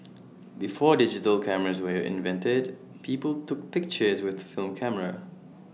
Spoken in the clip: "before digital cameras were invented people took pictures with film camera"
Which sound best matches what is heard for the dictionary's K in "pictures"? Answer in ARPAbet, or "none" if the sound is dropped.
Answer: K